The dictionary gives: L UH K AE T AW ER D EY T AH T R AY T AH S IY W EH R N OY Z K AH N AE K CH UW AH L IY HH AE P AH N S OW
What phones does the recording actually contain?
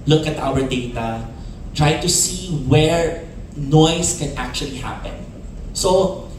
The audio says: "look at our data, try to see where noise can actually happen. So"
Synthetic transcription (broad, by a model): L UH K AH T AW ER D EY T AH T R AY T AH S IY W EH R N OY S K AH N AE K CH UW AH L IY HH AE P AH N S OW